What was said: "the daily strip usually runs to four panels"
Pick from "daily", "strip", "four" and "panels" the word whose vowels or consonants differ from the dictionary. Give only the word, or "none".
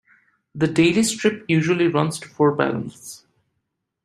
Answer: panels